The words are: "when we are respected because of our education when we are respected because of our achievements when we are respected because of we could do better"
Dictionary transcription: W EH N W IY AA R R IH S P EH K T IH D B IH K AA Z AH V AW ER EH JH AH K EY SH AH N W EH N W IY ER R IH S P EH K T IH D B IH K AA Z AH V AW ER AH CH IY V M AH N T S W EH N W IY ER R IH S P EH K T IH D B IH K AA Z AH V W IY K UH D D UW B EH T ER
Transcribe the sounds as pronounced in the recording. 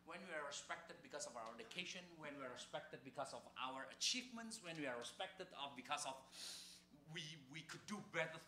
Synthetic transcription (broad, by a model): W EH N W IY AA R R IH S P EH K T IH D B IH K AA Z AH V AW ER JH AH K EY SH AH N W EH N W IY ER R IH S P EH K T IH D B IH K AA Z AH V AW ER AH CH IY V M AH N T S W EH N W IY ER R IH S P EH K T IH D B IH K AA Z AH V W IY K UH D D UW B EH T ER